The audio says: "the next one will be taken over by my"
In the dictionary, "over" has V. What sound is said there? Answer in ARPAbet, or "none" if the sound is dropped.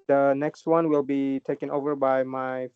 V